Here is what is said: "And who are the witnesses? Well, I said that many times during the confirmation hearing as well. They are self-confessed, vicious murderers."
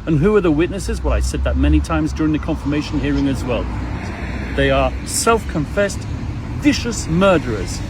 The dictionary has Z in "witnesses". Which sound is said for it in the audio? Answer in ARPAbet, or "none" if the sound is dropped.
Z